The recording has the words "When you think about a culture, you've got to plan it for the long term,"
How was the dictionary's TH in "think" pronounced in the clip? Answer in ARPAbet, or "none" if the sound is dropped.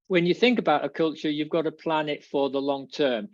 TH